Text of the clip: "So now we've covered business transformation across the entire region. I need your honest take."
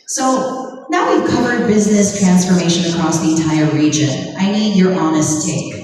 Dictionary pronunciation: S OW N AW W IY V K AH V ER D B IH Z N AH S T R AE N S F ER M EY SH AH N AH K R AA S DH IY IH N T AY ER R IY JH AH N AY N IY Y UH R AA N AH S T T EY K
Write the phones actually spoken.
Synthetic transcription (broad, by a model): S OW N AW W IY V K AH V ER D B IH Z N AH S T R AE N S F ER M EY SH AH N AH K R AA S DH IY IH N T AY ER R IY JH AH N AY N IY Y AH R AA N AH S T T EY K